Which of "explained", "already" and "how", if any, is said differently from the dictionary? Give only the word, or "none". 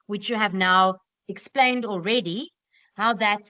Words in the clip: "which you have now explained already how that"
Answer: none